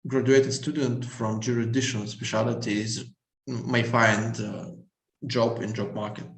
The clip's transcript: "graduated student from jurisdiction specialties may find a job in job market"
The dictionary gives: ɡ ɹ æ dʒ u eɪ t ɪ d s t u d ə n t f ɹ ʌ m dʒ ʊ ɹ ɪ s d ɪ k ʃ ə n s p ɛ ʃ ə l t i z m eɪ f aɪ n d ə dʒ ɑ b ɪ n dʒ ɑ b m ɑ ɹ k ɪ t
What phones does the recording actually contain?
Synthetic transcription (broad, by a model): ɡ ɹ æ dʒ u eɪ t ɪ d s t u d ə n t f ɹ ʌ m dʒ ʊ ɹ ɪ d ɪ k ʃ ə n s p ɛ ʃ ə l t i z m eɪ f aɪ n d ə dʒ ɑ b ɪ n dʒ ɑ b m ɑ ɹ k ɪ t